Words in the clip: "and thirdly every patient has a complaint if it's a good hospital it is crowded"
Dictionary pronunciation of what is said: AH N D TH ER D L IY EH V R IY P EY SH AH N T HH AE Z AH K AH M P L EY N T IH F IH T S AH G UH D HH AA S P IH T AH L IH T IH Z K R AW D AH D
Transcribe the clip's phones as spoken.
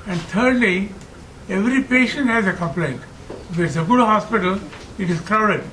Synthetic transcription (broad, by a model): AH N D T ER D L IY EH V R IY P EY SH AH N T HH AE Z AH K AH M P L EY N T IH F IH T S AH G UH D HH AA S P IH T AH L IH T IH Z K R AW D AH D